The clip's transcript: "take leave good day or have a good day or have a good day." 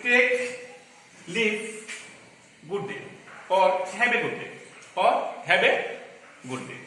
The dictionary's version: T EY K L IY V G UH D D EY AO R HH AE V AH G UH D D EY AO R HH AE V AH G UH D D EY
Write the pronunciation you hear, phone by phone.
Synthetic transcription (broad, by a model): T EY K L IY P G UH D D EY AO R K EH B AH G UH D D EY AO R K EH B AH G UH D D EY